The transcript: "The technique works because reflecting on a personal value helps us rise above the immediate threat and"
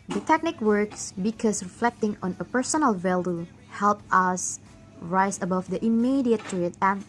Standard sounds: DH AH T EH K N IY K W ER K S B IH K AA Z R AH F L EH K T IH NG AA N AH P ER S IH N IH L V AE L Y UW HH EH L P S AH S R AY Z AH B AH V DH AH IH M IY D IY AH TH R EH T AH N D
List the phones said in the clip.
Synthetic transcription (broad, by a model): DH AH T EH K N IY K W ER K S B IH K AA S R AH F L EH K T IH NG AA N AH P ER S IH N IH L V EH L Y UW HH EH L P AH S R AY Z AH B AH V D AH IH M IY D IY AH T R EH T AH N